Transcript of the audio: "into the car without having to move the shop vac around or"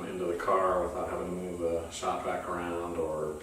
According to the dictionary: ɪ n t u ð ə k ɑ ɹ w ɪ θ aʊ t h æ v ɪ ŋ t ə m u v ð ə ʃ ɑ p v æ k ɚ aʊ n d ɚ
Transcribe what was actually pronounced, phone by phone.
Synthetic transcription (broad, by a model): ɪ n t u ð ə k ɑ ɹ w ɪ θ aʊ t h æ v ɪ ŋ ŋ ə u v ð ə s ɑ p b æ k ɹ aʊ n d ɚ